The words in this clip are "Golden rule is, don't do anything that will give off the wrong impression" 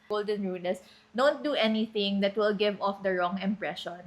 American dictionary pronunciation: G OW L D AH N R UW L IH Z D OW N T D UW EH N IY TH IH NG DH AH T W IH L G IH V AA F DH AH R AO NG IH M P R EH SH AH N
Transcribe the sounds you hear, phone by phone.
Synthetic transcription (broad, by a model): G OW L D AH N R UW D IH S D OW N T D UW EH N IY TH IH NG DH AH T W IH L G IH V AA F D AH R AO NG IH M P R EH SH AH N